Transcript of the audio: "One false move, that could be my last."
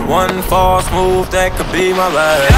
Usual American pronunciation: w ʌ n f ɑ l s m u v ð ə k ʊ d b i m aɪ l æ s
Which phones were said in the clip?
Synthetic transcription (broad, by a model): w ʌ n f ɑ s m u v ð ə k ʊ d b i m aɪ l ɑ